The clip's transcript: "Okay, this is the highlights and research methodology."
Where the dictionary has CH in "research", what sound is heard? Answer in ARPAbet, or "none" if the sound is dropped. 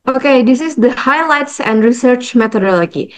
CH